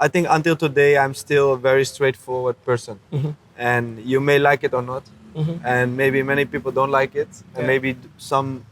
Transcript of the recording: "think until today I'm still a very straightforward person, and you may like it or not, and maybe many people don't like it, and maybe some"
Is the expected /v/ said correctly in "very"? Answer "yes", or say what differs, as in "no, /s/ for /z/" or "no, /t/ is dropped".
yes